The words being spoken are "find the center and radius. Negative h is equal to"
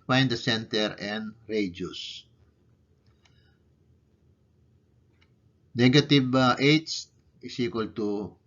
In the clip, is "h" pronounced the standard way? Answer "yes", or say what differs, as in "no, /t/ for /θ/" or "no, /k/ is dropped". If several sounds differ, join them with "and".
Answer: no, /s/ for /tʃ/